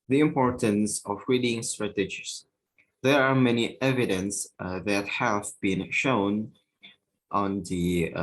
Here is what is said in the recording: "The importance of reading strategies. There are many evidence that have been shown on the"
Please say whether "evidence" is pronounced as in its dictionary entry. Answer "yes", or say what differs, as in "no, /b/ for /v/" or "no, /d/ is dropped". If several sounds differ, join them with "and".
yes